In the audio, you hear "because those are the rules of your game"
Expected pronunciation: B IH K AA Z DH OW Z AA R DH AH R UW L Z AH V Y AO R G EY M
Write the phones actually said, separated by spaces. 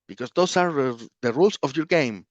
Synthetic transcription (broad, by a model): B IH K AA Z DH OW S AA R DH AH R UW L S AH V Y AO R G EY M